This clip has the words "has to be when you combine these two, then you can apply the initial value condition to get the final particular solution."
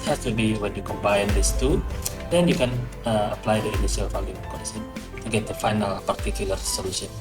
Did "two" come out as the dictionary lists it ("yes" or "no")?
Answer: yes